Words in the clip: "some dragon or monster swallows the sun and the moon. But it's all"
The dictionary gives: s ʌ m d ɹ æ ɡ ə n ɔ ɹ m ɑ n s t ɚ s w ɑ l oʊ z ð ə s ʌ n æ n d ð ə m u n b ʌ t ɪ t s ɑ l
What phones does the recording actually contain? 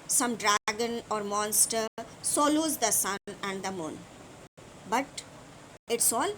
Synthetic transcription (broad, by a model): s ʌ m d ɹ æ ɡ ə n ɔ ɹ m ɑ n s t ɚ s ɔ l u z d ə s ʌ n æ n d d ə m u n b ʌ t ɪ t s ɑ l